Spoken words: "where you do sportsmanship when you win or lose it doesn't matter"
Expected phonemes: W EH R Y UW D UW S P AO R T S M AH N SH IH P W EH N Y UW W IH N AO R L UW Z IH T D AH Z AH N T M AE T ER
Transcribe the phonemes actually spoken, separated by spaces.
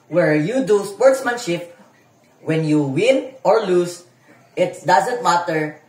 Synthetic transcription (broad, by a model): W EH R Y UW D UW S P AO R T S M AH N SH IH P W EH N Y UW W IH N AO R L UW S IH T D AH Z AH N T M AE T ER